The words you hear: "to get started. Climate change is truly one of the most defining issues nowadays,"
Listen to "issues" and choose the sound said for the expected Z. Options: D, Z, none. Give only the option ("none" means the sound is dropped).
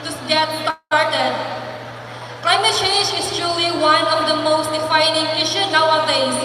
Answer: none